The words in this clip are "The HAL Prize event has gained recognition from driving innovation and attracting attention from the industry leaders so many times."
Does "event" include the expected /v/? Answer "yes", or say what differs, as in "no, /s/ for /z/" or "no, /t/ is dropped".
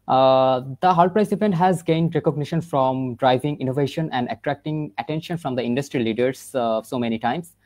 no, /p/ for /v/